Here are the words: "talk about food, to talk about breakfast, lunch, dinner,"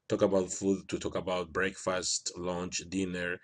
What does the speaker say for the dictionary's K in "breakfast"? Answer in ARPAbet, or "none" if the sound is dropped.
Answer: K